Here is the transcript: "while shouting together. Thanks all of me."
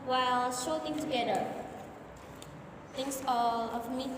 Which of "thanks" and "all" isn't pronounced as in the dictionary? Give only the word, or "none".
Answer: thanks